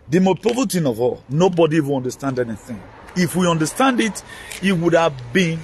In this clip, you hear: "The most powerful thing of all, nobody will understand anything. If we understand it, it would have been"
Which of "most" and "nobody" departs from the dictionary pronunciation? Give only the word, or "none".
most